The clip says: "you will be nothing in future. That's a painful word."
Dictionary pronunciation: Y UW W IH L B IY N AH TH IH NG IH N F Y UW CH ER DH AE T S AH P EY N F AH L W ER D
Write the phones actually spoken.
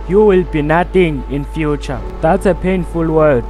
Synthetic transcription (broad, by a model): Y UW W IH L B IY N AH T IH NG IH N F Y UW CH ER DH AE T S AH P EY N F AH L W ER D